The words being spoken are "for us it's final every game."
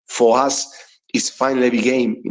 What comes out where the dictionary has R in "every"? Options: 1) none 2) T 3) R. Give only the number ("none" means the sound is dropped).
1